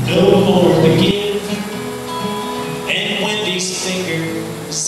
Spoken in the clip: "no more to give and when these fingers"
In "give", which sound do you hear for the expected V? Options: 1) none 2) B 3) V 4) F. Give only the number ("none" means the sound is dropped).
1